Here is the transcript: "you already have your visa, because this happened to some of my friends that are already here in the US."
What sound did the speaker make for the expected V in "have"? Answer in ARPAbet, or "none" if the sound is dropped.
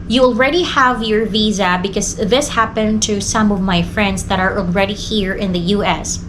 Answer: V